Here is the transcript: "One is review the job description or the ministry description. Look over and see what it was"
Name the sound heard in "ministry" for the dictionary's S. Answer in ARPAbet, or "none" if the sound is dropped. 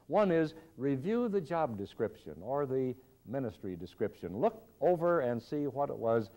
S